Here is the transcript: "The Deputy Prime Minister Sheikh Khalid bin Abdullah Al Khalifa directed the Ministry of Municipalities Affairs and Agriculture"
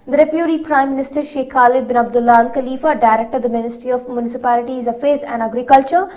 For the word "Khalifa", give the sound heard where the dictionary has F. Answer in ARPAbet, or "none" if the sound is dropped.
F